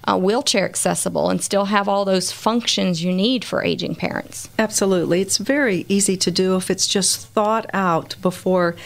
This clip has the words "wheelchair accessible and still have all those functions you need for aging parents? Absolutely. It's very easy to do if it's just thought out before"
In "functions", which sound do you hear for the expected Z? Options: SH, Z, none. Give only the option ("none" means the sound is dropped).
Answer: Z